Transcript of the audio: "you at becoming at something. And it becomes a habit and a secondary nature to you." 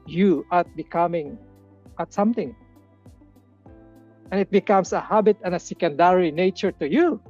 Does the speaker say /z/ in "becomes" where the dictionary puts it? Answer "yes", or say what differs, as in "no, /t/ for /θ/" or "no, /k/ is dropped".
no, /s/ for /z/